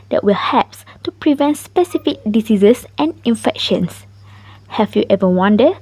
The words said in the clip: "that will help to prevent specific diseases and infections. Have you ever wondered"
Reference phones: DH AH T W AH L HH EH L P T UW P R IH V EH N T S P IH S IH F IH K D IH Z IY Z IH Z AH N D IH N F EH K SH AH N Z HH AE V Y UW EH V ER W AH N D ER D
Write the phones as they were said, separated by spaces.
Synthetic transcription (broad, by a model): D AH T W AH L HH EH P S T UW P R IH V EH N T S P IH S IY F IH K D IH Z IY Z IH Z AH N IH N F EH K SH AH N S HH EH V Y UW EH V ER W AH N D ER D